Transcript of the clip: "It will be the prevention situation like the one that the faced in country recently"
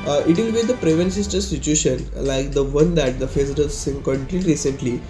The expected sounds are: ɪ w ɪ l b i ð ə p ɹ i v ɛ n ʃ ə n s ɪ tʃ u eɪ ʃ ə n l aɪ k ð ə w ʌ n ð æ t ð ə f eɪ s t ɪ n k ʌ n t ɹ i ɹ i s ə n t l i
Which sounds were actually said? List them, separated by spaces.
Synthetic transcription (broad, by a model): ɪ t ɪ l b i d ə p ɹ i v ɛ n s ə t s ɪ tʃ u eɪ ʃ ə n l aɪ k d ə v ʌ n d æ t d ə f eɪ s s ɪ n k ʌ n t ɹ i ɹ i s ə n t l i